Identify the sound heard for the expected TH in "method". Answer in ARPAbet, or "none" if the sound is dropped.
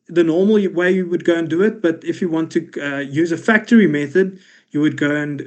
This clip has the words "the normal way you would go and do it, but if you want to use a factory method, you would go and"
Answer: TH